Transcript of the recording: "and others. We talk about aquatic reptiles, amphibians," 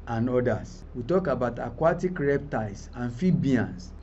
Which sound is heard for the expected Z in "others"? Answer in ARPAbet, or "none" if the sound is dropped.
S